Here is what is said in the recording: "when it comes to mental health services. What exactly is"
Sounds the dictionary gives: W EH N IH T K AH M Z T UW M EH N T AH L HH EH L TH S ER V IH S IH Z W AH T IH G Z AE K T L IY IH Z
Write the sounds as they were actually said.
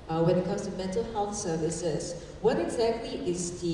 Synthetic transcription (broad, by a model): W EH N IH T K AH M S T UW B EH T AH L HH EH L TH S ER V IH S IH S W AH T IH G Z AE K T L IY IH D